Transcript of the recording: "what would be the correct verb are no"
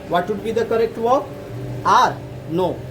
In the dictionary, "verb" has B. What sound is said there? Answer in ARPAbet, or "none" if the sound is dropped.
none